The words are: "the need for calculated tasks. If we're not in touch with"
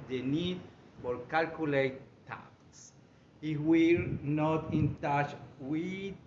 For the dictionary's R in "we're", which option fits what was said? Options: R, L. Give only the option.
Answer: L